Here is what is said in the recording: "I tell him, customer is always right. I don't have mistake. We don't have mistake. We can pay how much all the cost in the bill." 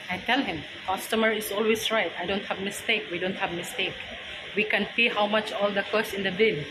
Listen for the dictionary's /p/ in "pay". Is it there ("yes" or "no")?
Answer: no